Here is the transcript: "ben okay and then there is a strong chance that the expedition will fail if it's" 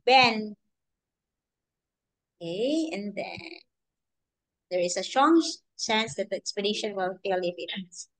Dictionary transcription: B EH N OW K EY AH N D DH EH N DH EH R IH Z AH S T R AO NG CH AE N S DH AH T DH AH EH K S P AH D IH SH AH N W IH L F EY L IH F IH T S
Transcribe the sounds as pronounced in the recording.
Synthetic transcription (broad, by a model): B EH N OW K EY AH N D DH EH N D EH R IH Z AH S T R AO NG S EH N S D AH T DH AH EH K S P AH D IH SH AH N W IH L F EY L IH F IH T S